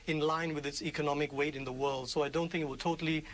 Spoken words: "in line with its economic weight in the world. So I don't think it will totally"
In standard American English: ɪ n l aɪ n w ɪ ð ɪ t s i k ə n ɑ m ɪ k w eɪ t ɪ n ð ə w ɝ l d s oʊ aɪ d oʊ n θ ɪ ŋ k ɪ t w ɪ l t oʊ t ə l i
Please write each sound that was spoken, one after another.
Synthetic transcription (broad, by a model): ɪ n l aɪ n w ɪ ð ɪ t s i k ə n ɑ m ɪ k w eɪ t ɪ n ð ə w ɝ l d s oʊ aɪ d oʊ n θ ɪ ŋ k ɪ t w ɪ l t oʊ t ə l i